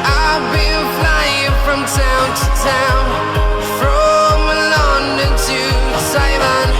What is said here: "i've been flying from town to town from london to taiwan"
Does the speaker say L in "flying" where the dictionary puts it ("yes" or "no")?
yes